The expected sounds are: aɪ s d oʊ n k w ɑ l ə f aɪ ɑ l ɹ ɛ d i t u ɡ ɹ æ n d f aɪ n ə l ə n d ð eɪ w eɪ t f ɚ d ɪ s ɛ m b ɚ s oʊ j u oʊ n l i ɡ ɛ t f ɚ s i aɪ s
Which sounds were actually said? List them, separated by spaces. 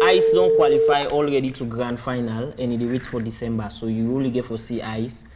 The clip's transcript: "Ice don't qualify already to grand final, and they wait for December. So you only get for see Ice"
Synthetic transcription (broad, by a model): aɪ s d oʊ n k w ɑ l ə f aɪ ɑ l ɹ ɛ d i t u ɡ ɹ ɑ n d f aɪ n ə l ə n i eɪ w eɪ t f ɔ d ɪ s ɛ m b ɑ s oʊ j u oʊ l i ɡ ɛ t f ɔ s i aɪ s